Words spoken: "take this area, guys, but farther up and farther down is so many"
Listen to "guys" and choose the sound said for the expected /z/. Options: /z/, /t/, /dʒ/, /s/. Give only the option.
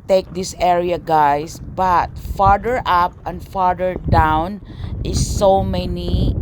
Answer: /s/